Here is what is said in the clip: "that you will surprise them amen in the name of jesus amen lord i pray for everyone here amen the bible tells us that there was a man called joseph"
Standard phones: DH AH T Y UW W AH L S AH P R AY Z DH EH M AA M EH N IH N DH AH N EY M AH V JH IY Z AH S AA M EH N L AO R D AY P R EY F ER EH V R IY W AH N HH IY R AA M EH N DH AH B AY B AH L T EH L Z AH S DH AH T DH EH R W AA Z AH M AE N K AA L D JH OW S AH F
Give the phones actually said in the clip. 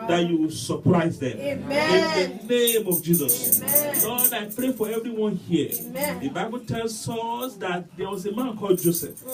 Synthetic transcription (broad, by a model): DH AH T Y UW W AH S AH P R AY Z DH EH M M IH N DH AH N EY M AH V JH IY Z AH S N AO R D AY P R EY F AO EH V R IY W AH N HH IY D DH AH B AY B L T EH L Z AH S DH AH T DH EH W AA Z AH M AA N K AA L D JH OW S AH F